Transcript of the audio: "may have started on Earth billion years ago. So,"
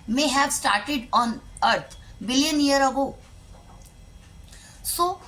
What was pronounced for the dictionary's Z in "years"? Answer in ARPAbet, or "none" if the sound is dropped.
none